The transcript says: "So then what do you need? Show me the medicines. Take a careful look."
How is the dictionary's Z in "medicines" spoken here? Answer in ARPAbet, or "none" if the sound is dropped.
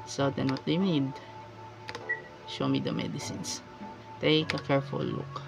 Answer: S